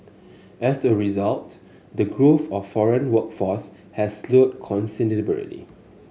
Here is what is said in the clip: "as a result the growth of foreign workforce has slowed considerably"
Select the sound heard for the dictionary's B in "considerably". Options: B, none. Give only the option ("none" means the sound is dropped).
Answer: none